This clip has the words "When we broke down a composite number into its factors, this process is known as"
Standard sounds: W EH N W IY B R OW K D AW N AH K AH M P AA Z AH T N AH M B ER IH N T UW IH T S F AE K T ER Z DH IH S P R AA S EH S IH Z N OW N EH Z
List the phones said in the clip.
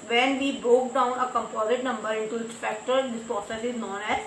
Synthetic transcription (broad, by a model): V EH N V IY B R OW K D AW N AH K AH M P AA Z AH T N AH M B ER IH N T UW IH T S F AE K T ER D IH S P AA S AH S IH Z N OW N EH